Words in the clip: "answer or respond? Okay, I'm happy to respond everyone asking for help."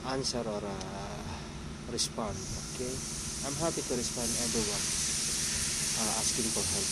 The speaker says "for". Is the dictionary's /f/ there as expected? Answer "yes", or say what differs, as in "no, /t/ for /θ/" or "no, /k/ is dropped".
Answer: no, /p/ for /f/